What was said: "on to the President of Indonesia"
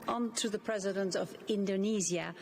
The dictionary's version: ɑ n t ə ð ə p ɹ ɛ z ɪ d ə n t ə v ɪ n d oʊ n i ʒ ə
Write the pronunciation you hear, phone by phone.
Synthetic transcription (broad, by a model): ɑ n t ə ð ə p ɹ ɛ z ɪ d ə n t ə v ɪ n d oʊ n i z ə